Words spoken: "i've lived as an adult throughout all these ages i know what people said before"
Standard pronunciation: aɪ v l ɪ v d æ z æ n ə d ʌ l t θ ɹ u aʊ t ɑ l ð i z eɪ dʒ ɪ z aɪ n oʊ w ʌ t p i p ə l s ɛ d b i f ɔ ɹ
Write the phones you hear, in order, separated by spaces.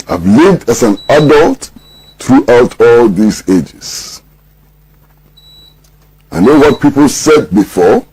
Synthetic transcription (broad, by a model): aɪ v l ɪ v d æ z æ n ə d ʌ l t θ ɹ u aʊ t ɑ l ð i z eɪ dʒ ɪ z aɪ n oʊ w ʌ t p i p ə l s ɛ d b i f ɔ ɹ